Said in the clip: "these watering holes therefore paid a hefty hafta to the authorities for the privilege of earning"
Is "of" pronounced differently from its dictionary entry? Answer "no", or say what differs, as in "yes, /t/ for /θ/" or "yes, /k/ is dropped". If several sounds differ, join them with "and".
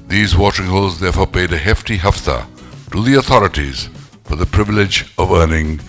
no